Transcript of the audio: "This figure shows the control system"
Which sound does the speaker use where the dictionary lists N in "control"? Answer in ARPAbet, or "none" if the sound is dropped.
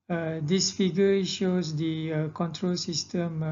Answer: N